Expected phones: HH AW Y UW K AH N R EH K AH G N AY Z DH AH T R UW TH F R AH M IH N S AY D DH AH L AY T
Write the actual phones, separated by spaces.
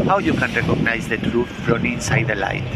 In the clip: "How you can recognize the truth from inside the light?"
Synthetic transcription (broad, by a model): HH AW Y UW K AH N R EH K AH G N AY Z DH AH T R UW T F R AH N IH N S AY D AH L AY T